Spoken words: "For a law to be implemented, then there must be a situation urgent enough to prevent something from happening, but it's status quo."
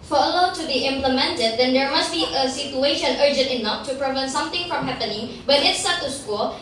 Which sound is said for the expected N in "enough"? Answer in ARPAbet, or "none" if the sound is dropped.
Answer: N